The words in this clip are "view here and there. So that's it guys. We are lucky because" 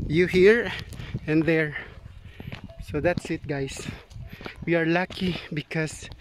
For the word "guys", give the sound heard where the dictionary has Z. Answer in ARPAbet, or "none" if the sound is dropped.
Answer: S